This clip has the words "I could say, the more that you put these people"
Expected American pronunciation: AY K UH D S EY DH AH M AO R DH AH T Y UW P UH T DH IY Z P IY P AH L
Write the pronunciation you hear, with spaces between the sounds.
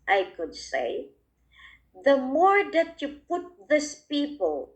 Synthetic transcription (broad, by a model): AY K UH D S EY DH AH M AO R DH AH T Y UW P UH T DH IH S P IY P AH L